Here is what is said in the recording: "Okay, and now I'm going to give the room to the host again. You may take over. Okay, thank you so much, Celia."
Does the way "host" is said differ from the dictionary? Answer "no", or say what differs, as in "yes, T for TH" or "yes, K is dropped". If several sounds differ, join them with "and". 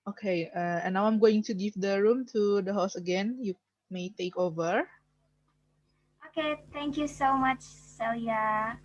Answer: yes, T is dropped